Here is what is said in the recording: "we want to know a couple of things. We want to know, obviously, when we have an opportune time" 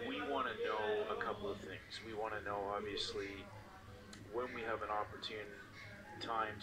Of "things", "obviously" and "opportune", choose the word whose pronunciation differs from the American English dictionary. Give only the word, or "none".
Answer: none